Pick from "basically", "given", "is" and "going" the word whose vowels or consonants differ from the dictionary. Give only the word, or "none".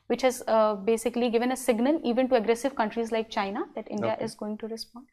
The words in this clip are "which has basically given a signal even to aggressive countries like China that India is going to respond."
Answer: none